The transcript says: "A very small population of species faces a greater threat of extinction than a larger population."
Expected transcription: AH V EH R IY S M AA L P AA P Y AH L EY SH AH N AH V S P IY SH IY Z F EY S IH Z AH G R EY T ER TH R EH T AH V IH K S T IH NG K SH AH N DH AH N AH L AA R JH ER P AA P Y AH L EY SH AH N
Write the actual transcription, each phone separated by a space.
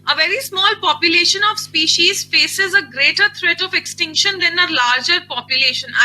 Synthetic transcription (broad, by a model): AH V EH R IY S M AA L P AA P Y AH L EY SH AH N AH V S P IY SH IY Z F EY S IH Z AH G R EY T ER T R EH T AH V IH K S T IH NG K SH AH N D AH N AH L AA R JH ER P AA P Y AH L EY SH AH N